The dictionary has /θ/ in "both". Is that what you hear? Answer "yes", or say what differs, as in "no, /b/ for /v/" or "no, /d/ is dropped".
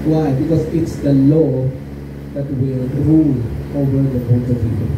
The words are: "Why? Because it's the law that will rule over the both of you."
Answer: no, /t/ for /θ/